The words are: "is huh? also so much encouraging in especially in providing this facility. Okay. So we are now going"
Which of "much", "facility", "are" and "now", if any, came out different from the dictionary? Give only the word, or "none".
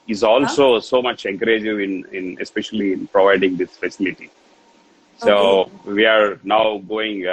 none